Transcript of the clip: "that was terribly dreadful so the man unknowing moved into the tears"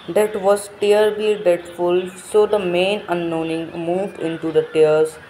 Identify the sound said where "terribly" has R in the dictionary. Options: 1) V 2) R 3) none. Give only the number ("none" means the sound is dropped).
3